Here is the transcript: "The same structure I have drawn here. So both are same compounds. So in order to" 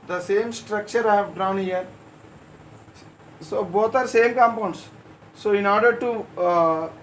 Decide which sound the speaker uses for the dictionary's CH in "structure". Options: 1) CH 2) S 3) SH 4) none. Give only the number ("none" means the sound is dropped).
1